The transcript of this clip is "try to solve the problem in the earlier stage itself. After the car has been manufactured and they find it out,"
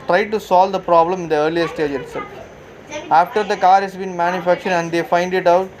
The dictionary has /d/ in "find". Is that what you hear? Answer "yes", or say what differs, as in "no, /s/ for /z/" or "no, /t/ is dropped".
yes